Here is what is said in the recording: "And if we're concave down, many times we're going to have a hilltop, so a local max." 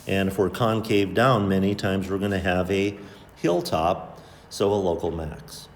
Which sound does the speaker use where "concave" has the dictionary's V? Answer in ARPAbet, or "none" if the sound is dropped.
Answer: V